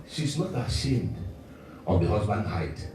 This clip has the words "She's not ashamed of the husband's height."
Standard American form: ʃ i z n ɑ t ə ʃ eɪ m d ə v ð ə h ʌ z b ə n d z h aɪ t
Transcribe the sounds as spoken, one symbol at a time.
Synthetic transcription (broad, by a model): ʃ i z n ɑ t ə ʃ eɪ m d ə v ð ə h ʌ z b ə n d h aɪ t